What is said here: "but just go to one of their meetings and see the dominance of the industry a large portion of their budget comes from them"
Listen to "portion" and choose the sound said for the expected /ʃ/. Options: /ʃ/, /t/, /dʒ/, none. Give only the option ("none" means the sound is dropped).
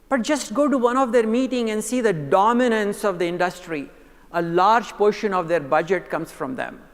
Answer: /ʃ/